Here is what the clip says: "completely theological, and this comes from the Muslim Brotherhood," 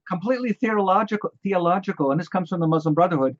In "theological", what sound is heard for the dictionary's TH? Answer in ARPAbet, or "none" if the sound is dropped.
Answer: TH